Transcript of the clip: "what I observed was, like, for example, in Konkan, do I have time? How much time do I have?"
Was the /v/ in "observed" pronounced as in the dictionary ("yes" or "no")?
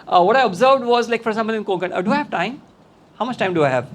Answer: yes